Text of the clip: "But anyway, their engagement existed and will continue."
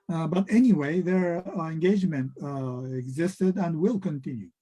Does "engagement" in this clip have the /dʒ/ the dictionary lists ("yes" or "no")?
yes